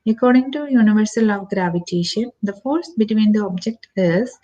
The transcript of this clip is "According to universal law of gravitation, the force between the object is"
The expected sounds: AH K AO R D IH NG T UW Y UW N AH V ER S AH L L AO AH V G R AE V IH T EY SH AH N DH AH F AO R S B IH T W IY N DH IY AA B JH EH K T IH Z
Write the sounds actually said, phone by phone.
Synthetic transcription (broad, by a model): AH K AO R D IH NG T UW Y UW N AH V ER S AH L L AO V G R AE V IH T EY SH AH N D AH F AO R S B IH T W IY N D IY AA B JH EH K T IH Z